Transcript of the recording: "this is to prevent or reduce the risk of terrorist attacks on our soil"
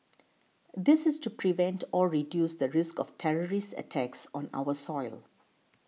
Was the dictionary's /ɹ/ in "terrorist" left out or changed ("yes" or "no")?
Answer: no